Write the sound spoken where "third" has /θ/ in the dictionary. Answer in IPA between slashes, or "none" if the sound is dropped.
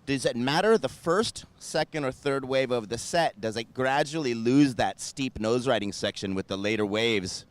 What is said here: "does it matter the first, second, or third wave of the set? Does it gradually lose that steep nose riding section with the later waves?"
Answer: /θ/